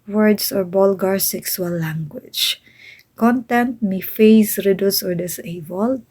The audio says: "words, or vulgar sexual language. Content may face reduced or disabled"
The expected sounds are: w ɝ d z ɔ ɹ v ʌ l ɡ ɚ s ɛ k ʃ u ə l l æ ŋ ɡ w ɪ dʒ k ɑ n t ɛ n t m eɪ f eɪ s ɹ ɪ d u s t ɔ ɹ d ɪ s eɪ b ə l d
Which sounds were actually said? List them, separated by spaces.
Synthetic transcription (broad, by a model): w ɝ d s ɔ ɹ b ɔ l ɡ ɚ s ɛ k s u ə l l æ ŋ ɡ w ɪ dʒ k ɑ n t ɛ n t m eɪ f eɪ s ɹ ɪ d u s ɔ ɹ d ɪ s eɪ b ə l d